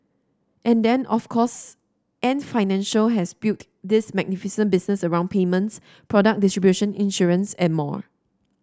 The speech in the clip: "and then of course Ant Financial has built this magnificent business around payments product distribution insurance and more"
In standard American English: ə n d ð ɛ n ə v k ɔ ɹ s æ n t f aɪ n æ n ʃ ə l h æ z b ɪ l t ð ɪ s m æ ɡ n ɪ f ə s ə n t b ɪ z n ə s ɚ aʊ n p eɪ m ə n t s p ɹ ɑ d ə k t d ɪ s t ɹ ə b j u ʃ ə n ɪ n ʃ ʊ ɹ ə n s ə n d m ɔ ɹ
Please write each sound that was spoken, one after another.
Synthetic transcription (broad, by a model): ə n d ɛ n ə f k ɔ s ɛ n f aɪ n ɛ n ʃ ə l h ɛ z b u t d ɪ s m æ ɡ n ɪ f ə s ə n b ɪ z n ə s ɚ aʊ n p eɪ m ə n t s p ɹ ɑ d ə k d ɪ s t ɹ ə b j u ʃ ə n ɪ n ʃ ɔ ɹ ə n s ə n m ɔ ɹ